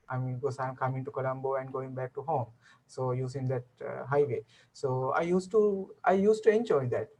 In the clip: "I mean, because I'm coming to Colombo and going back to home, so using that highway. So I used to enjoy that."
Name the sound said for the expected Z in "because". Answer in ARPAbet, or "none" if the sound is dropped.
none